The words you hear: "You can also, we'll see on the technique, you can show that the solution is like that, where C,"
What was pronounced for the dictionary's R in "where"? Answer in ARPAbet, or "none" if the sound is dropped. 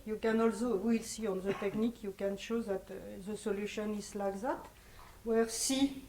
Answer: R